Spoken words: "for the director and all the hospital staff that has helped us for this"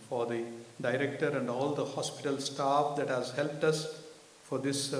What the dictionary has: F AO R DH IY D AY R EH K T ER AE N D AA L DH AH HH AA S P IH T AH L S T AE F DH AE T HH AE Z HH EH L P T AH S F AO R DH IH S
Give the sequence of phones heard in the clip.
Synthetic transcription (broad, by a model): F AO R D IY D AY R EH K T ER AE N D AA L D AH HH AA S P IH T AH L S T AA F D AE T HH AE Z HH EH L P T AH S F AO R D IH S